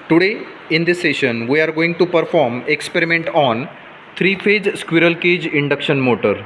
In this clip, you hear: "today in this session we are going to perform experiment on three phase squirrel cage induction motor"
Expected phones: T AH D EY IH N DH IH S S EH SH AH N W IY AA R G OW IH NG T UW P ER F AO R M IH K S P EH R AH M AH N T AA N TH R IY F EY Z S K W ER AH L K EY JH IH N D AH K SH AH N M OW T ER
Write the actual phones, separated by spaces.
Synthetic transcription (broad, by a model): T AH D EY IH N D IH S S EH SH AH N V IY AA R G OW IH NG T UW P ER F AO R M IH K S P EH R AH M AH N T AA N T R IY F EY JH S K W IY AH L K EY JH IH N D AH K SH AH N M OW T ER